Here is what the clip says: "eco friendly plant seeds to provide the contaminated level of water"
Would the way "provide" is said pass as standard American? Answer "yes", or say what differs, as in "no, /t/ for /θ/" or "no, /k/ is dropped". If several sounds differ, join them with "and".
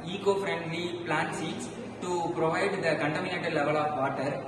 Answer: yes